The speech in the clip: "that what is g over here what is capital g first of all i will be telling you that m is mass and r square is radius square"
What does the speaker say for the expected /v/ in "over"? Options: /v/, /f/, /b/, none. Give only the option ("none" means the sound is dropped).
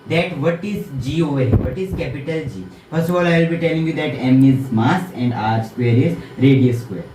none